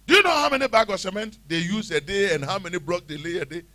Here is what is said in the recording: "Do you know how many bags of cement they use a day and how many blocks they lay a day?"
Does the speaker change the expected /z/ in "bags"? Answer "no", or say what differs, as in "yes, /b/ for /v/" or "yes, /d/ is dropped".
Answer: yes, /z/ is dropped